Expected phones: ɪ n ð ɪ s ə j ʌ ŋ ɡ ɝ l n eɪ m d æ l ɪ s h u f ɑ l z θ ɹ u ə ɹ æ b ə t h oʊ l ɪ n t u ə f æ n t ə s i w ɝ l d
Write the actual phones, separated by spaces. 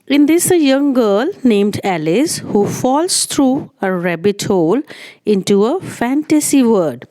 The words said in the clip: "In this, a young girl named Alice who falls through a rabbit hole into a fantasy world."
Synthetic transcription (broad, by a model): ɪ n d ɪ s ə j ʌ ŋ ɡ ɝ l n eɪ m d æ l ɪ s h u f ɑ l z t ɹ u ə ɹ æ b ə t h oʊ l ɪ n t u ə f æ n t ə s i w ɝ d